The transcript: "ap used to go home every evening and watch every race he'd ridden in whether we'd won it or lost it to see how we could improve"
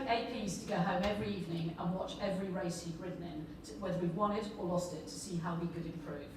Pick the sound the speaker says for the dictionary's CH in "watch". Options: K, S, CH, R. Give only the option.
CH